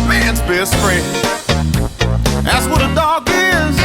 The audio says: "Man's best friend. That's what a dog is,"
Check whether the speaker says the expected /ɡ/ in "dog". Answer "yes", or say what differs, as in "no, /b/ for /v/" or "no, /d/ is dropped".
yes